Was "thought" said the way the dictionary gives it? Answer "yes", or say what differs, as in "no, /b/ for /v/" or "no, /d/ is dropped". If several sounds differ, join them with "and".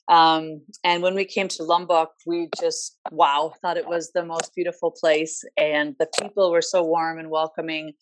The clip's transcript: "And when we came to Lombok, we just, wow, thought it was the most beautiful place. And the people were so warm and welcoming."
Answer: yes